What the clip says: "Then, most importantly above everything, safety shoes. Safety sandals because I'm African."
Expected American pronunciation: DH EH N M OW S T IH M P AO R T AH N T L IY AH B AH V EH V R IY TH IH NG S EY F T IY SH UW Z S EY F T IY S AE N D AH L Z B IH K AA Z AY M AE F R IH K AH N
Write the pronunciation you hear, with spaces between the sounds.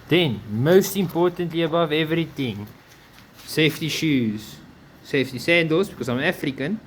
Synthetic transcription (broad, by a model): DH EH N M OW S T IH M P AO R T AH N T L IY AH B AH V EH V R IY T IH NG S EY F T IY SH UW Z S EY F T IY S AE N D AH L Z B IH K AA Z AY M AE F R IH K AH N